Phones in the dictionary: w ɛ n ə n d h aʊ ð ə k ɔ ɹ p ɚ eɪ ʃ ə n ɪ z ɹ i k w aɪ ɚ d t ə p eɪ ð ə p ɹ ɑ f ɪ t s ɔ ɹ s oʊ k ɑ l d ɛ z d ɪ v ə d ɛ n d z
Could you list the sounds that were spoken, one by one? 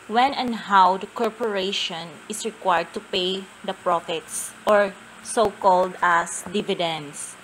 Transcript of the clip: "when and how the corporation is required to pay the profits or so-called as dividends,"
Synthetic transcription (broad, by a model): w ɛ n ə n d h aʊ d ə k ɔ ɹ p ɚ eɪ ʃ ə n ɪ s ɹ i k w aɪ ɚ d t ə p eɪ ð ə p ɹ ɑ f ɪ t s ɔ ɹ s oʊ k ɑ l d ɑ s d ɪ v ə d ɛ n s